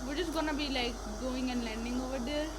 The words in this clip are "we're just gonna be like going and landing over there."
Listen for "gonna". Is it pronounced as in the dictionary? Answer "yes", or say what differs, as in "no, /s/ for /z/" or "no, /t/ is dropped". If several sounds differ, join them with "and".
yes